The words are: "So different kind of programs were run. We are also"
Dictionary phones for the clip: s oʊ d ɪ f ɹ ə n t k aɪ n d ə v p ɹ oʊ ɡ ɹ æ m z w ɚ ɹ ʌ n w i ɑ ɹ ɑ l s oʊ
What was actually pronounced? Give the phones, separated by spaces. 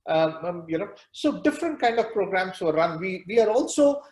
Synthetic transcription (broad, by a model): s oʊ d ɪ f ɹ ə n t k aɪ n d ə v p ɹ oʊ ɡ ɹ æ m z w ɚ ɹ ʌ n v i ɑ ɹ ɑ l s oʊ